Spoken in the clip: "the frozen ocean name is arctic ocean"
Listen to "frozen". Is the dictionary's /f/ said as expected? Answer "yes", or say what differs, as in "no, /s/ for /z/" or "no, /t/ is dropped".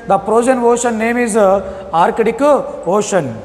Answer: no, /p/ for /f/